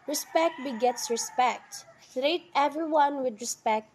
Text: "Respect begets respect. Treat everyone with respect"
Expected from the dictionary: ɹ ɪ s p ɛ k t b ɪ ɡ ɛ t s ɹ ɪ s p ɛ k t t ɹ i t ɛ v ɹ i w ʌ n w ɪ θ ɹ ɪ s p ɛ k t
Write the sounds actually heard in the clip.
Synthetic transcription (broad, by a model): ɹ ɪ s p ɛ k t b ɪ ɡ ɛ t s ɹ ɪ s p ɛ k t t ɹ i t ɛ v ɹ i w ʌ n w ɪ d ɹ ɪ s p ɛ k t